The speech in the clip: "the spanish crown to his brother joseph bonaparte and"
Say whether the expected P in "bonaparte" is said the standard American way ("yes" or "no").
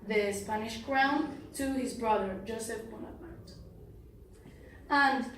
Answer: no